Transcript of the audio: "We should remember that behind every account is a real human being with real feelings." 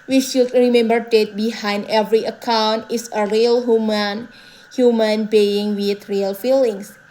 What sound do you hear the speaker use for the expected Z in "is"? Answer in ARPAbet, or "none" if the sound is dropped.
S